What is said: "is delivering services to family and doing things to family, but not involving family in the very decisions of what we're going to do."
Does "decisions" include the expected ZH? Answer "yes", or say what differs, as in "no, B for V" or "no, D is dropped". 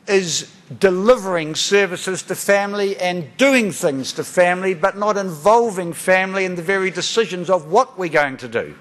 yes